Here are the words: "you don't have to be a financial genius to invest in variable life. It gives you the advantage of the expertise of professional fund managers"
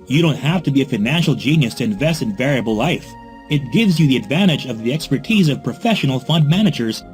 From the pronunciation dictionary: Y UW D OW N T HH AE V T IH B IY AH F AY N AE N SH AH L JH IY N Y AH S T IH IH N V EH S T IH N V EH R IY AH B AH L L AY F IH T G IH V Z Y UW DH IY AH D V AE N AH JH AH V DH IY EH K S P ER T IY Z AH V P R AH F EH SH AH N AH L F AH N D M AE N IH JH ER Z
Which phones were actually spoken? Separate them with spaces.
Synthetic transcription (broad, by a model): Y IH D OW N T HH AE F T IH B IY AH F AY N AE N SH L JH IY N Y AH S T IH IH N V EH S T IH N V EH R IY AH B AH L L AY F IH T G IH V Z Y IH DH IY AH D V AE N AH JH AH V DH IY EH K S P ER T IY Z AH V P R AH F EH SH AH N L F AH N D M AE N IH JH ER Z